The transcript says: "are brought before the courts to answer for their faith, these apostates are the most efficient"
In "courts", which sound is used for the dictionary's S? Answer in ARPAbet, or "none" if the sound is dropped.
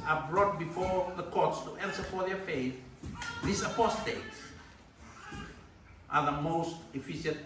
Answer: S